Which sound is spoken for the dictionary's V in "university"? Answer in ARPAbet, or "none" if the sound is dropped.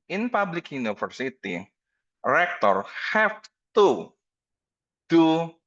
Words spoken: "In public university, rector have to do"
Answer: F